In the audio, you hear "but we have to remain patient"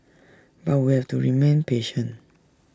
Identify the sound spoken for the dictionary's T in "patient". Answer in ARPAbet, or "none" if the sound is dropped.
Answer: none